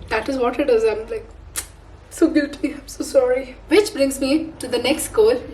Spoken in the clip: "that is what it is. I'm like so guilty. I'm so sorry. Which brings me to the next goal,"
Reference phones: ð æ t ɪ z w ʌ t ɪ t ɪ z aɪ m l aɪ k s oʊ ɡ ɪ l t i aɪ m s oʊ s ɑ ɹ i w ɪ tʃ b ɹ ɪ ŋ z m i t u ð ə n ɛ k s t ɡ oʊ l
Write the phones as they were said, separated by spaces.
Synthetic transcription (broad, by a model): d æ t ɪ z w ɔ t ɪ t ɪ z aɪ m l aɪ k s oʊ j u t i aɪ m s oʊ s ɑ ɹ i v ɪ tʃ b ɹ ɪ ŋ z m i t u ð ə n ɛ k s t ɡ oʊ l